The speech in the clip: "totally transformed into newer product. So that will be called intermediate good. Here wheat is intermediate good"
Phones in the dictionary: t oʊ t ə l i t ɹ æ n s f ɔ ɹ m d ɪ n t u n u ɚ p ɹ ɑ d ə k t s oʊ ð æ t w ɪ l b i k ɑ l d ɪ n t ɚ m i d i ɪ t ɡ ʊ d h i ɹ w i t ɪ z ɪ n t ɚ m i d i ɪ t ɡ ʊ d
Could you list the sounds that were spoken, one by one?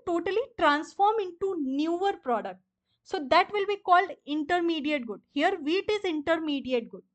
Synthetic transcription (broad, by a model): t oʊ t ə l i t ɹ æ n s f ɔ ɹ m ɪ n t u n u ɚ p ɹ ɑ d ə k t s oʊ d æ t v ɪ l b i k ɑ l d ɪ n t ɚ m i d i ɪ t ɡ ʊ d h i ɹ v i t ɪ z ɪ n t ɚ m i d i ɪ t ɡ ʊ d